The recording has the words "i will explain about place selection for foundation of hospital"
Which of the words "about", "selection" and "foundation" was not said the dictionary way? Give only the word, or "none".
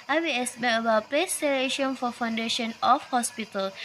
selection